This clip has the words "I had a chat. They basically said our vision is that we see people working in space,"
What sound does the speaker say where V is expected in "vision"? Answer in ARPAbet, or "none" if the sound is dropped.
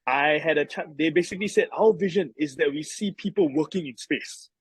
V